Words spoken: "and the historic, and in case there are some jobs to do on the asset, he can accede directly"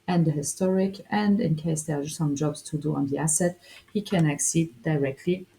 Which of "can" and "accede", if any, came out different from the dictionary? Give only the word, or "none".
none